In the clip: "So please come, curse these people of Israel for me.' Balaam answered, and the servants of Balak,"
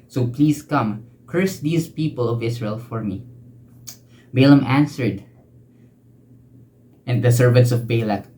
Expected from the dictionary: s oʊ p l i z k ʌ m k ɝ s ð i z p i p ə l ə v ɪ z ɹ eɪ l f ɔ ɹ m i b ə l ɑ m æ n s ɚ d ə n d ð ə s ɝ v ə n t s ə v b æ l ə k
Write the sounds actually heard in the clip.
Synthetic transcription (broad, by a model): s oʊ p l i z k ʌ m k ɝ s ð i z p i p ə l ə v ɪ s ɹ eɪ l f ɔ ɹ m i b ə l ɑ m æ n s ɚ d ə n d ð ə s ɝ v ə n t s ə v b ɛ l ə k